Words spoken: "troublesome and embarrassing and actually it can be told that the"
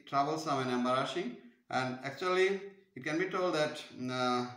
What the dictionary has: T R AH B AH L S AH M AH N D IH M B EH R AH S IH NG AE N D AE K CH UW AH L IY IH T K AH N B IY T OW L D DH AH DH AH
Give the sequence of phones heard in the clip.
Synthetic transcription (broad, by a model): T R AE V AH L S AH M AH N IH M B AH R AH SH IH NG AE N D AE K CH UW AH L IY IH T K AH N B IY T OW L D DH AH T